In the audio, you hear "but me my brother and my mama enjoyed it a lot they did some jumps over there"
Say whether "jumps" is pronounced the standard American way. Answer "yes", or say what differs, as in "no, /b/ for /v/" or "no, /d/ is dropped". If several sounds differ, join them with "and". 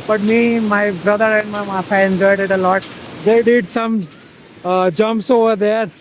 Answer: yes